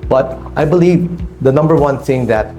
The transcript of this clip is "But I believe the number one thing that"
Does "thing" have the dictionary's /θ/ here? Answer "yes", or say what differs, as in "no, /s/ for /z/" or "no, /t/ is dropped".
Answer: no, /s/ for /θ/